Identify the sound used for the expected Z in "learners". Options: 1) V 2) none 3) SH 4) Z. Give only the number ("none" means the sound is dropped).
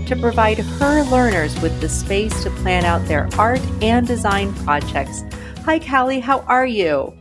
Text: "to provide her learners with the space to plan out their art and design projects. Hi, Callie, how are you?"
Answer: 4